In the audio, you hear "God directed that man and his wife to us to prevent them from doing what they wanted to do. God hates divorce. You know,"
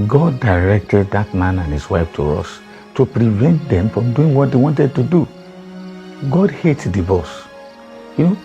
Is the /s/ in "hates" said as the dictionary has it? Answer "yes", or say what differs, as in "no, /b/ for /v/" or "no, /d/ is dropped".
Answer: no, /s/ is dropped